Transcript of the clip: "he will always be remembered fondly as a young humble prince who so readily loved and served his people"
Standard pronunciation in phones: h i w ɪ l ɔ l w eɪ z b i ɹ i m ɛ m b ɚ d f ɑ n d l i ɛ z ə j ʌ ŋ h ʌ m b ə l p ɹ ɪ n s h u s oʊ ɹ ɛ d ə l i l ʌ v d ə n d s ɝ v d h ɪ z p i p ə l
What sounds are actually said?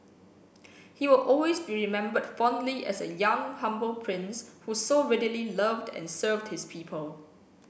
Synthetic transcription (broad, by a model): h i w ɪ l ɔ l w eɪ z b i ɹ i m ɛ m b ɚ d f ɑ n d l i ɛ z ə j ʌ ŋ h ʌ m b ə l p ɹ ɪ n s h u s oʊ ɹ ɛ d ə l i l ʌ v d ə n s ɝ v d h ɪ s p i p ə l